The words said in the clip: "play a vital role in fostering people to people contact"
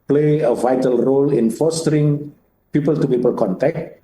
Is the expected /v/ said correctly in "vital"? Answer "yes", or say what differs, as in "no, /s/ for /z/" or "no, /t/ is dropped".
yes